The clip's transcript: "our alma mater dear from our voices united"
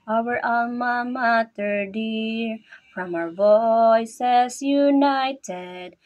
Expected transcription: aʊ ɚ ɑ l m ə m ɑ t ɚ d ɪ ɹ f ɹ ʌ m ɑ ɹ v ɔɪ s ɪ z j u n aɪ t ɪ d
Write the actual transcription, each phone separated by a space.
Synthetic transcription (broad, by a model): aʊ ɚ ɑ m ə m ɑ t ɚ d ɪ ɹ f ɹ ʌ m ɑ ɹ v ɔɪ s ɪ z j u n aɪ t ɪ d